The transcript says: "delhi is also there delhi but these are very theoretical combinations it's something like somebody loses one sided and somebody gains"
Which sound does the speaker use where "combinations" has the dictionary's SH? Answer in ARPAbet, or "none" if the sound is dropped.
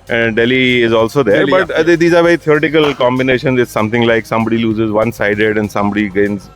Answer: SH